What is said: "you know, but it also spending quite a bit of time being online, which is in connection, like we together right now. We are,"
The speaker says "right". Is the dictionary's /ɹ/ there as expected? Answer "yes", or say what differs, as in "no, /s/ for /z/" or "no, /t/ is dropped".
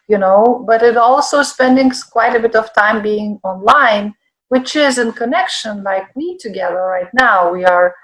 yes